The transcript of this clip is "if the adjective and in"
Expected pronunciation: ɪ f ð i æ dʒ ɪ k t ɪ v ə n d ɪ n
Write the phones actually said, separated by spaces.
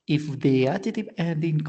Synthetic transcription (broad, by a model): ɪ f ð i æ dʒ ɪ t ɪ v ə n d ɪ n